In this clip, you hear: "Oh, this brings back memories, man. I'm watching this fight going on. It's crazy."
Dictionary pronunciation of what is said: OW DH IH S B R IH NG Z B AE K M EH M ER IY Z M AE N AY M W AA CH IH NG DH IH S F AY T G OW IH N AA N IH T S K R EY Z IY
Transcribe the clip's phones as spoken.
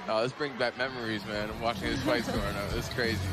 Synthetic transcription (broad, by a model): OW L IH S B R IH NG B AE K M EH M ER IY Z M AE N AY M W AA CH IH NG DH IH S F AY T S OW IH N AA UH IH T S K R EY Z IY